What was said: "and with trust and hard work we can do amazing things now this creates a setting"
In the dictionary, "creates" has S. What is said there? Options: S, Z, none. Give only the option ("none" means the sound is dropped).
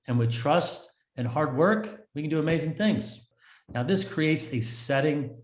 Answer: S